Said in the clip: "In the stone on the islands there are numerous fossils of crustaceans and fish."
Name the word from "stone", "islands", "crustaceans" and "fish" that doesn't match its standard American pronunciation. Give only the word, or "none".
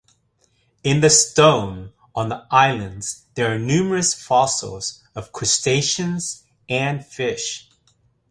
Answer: none